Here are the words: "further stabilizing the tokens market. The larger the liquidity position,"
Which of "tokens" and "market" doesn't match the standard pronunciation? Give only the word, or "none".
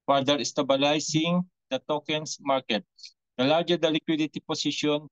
tokens